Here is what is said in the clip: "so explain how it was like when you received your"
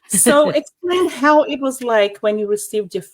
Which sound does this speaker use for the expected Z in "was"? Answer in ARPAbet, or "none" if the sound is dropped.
Z